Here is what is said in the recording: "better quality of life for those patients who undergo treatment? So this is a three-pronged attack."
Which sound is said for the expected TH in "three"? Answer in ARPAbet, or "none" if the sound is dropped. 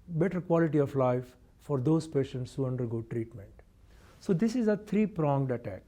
T